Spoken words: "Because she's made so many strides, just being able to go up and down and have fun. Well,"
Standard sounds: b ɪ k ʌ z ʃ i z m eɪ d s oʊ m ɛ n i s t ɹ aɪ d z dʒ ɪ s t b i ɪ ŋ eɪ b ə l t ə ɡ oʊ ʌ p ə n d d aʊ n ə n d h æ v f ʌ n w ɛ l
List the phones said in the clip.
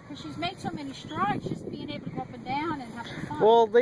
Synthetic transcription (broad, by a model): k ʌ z ʃ i z m eɪ d s oʊ m ɛ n i s t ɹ aɪ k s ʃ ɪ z b i ɪ ŋ eɪ b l t ə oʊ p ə n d d aʊ n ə n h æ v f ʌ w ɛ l